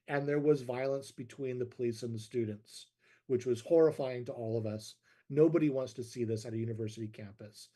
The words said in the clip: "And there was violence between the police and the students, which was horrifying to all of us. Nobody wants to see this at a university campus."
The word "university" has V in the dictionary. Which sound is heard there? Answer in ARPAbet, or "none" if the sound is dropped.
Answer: V